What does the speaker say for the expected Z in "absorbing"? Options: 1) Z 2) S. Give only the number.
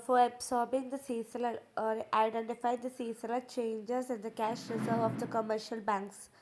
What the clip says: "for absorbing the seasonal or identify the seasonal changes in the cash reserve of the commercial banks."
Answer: 2